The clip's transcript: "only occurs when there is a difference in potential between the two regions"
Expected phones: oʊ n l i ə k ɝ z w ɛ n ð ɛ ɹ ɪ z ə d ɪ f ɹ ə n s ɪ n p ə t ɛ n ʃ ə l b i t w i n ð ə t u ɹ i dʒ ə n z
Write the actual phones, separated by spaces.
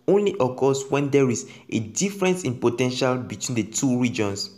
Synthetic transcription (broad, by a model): oʊ n l i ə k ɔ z w ɛ n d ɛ ɹ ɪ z ə d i f ɹ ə n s ɪ n p ə t ɛ n ʃ ə l b i t w i n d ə t u ɹ i dʒ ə n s